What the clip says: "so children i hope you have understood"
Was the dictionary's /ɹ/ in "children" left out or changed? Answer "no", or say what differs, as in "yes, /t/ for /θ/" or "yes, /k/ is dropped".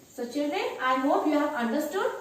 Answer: yes, /ɹ/ is dropped